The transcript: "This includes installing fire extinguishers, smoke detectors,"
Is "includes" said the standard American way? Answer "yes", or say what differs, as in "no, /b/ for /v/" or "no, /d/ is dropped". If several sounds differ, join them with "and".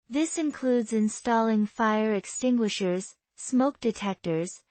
yes